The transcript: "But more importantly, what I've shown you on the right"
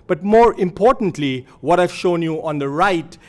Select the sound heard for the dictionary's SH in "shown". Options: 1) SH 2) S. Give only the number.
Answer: 1